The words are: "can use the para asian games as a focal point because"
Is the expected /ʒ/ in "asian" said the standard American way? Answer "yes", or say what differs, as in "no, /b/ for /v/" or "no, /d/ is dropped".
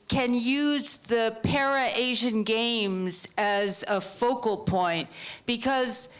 yes